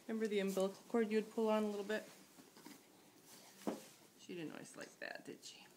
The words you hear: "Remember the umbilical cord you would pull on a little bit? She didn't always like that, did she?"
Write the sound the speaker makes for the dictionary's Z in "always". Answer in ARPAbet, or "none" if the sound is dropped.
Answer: S